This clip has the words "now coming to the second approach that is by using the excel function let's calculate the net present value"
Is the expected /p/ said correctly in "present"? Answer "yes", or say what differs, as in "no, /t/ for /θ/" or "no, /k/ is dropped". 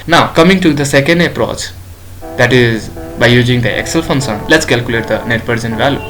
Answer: no, /b/ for /p/